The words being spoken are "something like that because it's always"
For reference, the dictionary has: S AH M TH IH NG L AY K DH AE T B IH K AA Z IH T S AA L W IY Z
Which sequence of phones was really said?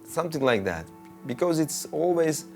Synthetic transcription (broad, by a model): S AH M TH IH NG L AY K DH AE T B IH K AA Z IH T S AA L W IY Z